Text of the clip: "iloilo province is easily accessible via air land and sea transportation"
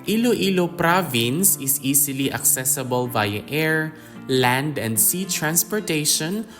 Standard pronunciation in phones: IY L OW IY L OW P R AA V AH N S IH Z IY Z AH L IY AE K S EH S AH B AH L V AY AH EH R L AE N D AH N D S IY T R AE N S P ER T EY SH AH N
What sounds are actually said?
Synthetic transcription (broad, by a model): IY L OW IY L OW P R AA V AH N S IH S IY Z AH L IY AE K S EH S AH B AH L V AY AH EH R L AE N D AH N D S IY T R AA N S P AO T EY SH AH N